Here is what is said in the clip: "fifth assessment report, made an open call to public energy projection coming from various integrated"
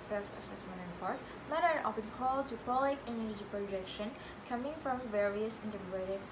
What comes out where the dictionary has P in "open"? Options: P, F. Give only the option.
F